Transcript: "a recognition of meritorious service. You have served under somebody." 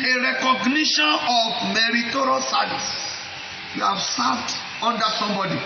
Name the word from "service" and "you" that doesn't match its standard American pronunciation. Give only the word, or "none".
service